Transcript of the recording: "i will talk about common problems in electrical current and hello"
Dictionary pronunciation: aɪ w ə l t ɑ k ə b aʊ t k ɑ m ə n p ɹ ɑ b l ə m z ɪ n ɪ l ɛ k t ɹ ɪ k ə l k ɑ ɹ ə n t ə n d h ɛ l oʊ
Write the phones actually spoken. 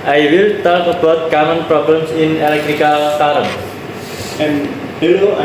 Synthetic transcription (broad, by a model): aɪ w ə l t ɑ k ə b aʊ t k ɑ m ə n p ɹ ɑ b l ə m s ɪ n ɪ l ɛ k t ɹ ɪ k ə l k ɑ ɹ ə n ə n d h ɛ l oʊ